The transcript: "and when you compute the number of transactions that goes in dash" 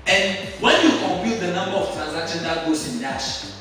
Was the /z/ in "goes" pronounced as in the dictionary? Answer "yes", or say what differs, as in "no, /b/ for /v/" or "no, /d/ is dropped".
no, /s/ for /z/